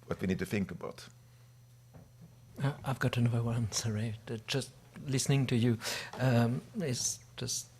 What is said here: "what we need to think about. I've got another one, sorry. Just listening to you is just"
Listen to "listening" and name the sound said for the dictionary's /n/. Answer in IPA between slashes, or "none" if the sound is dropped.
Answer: /n/